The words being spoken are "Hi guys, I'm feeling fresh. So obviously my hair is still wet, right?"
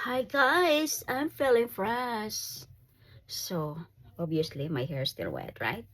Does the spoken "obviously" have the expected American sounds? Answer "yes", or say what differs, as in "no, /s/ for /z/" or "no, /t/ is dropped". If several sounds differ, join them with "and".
no, /v/ is dropped